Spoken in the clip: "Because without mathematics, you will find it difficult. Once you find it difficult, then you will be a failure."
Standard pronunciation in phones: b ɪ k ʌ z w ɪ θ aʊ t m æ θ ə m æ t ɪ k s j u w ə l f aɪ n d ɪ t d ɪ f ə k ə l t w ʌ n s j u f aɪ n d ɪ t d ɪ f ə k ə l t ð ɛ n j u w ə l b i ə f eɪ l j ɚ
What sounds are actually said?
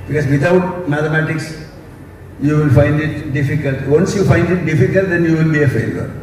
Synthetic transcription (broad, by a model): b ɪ k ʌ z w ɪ t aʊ t m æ t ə m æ t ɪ k s j u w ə l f aɪ n d ɪ t d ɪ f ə k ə l t w ʌ n s j u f aɪ n d ɪ t d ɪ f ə k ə l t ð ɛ n j u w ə l b i ə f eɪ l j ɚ